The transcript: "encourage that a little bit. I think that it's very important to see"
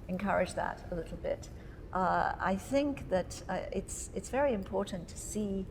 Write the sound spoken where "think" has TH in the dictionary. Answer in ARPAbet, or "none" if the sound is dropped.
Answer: TH